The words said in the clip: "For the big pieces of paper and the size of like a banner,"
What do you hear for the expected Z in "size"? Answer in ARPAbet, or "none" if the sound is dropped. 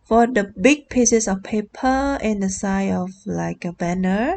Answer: none